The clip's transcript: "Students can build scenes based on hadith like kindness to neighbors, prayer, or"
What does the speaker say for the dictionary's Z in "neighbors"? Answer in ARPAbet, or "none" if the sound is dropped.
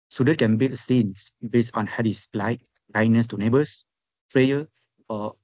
S